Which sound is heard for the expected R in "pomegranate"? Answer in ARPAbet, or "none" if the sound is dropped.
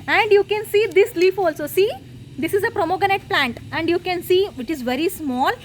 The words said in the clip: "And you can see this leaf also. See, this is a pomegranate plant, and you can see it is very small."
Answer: none